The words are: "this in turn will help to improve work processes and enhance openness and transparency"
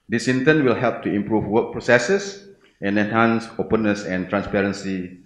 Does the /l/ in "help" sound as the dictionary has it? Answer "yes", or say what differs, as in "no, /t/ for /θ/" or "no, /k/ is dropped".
yes